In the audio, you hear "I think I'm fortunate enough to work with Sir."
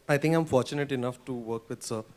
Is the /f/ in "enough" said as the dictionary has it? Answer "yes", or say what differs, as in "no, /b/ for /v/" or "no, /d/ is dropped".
yes